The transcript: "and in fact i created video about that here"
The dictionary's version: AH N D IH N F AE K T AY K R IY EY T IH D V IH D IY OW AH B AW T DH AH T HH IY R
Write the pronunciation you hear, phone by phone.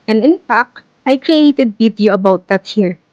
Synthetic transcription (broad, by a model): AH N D IH N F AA K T AY K R IY EY T IH D B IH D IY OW AH B AW T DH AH T HH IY R